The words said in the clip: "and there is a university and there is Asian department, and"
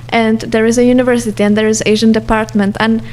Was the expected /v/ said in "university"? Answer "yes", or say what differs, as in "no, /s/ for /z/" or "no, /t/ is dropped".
yes